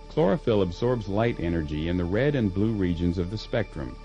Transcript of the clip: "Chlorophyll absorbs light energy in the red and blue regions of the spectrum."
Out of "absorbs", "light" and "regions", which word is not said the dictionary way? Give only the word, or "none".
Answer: none